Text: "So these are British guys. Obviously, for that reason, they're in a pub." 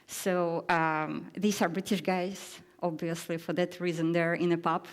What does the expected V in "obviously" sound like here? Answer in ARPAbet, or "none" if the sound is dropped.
V